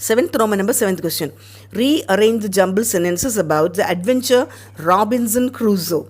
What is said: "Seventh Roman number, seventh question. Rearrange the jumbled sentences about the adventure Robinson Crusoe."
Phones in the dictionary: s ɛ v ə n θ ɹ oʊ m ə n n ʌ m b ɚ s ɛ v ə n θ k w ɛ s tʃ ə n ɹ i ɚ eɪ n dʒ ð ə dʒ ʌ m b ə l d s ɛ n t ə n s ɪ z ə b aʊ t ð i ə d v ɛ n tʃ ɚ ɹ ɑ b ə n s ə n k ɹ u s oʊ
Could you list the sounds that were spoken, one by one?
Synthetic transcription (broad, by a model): s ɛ v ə n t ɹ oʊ m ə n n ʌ m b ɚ s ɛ v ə n t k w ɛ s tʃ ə n ɹ i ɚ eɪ n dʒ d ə dʒ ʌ m b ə l s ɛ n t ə n s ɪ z ə b aʊ t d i ə d v ɛ n tʃ ɚ ɹ ɑ b ə n s ə n k ɹ u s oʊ